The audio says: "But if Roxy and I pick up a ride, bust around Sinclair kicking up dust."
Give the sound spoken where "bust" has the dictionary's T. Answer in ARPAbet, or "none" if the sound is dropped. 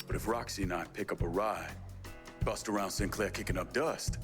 T